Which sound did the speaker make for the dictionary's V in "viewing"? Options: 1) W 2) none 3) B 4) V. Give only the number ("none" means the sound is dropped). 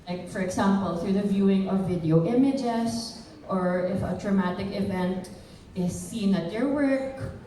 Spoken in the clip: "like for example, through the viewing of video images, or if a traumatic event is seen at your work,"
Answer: 4